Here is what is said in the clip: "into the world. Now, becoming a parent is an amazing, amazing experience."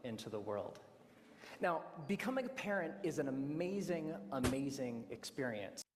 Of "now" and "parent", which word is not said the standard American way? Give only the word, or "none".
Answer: none